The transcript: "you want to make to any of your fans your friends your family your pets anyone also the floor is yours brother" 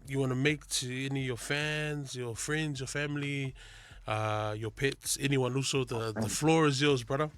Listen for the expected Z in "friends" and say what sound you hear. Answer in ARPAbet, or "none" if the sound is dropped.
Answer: Z